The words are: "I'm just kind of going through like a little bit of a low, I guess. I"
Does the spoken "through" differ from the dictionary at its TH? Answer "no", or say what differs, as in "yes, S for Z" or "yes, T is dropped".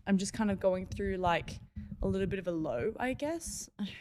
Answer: no